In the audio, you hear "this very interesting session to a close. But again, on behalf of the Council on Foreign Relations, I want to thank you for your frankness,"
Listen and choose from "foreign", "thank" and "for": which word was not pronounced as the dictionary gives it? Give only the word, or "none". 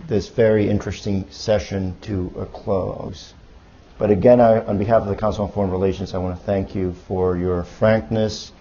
none